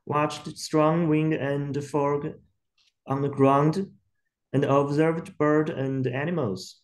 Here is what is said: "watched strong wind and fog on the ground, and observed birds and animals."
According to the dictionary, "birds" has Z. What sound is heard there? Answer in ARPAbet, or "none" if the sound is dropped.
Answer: none